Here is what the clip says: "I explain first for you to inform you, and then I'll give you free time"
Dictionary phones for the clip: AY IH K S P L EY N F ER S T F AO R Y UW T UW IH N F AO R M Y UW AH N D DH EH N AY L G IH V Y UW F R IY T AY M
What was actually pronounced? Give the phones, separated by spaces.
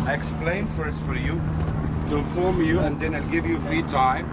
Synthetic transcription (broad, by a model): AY IH K S P L EY N F ER S T F AO R Y UW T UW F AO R M Y UW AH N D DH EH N AY L G IH V Y UW F R IY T AY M